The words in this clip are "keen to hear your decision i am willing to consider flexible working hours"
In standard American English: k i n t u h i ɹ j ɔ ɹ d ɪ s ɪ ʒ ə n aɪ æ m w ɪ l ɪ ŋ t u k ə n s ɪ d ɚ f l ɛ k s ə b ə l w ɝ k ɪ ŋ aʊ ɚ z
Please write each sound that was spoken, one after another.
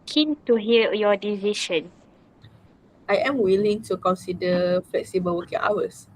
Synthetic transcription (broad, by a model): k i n t u h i l j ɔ d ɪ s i ʃ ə n aɪ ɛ m w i l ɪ ŋ t u k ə n s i d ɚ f l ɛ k s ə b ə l w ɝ k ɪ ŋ aʊ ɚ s